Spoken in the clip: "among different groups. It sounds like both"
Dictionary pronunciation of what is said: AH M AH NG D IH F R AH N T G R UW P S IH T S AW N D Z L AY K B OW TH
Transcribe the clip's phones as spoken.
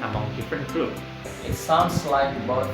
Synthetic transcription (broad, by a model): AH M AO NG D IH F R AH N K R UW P IH T S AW N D S L AY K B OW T